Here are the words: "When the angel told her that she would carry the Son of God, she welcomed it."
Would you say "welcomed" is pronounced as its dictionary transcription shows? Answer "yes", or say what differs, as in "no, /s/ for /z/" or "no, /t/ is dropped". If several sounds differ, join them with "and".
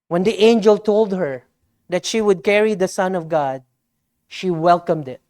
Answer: yes